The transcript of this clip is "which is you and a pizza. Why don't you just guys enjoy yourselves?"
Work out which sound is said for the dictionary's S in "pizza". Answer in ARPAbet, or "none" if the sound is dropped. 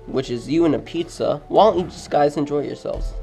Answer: S